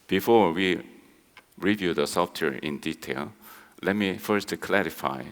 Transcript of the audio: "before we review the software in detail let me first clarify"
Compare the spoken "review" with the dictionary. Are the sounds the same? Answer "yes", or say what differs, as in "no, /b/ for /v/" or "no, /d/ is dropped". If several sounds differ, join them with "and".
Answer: yes